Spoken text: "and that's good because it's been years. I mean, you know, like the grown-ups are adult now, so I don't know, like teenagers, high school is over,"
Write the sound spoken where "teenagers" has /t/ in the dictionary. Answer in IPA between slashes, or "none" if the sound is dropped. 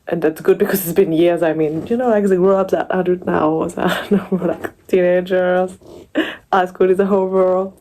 /t/